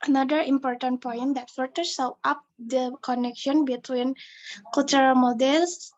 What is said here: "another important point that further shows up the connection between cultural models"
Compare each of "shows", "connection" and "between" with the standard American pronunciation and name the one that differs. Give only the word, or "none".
shows